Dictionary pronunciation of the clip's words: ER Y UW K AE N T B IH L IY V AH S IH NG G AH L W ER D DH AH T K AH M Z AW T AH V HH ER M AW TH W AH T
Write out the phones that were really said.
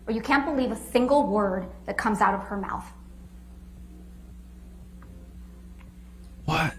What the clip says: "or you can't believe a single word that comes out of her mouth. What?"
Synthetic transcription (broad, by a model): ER Y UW K AE N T B IH L IY V AH S IH NG G L W ER D DH AH T K AH M Z AW T AH V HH ER M AW TH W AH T